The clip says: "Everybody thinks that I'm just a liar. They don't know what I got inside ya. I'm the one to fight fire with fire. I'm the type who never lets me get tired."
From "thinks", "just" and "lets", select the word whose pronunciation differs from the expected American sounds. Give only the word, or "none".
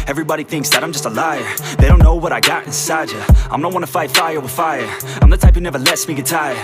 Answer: none